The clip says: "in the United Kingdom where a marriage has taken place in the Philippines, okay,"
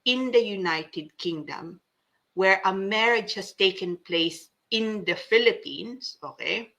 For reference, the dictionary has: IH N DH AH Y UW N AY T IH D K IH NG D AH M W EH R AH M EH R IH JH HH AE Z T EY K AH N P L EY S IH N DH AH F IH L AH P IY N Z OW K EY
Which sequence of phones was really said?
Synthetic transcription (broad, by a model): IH N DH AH Y UW N AY T IH D K IH NG D AH M W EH R AH M EH R IH JH HH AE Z T EY K AH N P L EY S IH N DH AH F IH L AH P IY N S OW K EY